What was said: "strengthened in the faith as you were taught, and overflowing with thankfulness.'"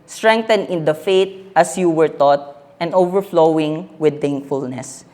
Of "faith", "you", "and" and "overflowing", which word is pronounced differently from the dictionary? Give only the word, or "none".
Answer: faith